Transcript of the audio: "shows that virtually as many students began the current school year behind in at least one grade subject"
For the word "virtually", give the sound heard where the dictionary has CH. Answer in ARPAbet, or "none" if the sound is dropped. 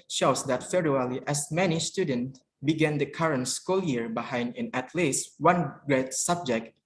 none